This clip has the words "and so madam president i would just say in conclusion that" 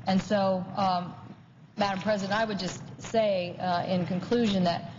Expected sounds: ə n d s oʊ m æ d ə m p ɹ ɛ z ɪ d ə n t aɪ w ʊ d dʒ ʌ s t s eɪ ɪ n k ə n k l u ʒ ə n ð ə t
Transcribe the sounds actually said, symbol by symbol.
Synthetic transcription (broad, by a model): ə n s oʊ m æ d ə m p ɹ ɛ z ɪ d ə n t aɪ w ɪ d dʒ ʌ s t s eɪ ɪ n k ə n k l u ʒ ə n ð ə t